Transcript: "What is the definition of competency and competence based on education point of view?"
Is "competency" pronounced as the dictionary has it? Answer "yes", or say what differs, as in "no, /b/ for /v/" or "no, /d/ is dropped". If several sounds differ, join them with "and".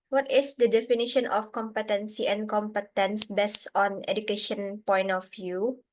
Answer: yes